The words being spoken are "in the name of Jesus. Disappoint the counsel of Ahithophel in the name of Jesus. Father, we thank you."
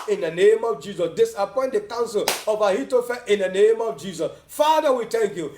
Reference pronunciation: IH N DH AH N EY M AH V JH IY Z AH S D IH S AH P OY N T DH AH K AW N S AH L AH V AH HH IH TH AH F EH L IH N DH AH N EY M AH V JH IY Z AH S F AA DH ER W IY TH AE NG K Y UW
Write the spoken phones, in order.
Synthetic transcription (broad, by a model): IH N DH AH N EY M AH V JH IY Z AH S D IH S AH P OY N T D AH K AW N S AH L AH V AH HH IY T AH F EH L IH N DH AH N EY M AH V JH IY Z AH S F AA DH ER W IY T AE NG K Y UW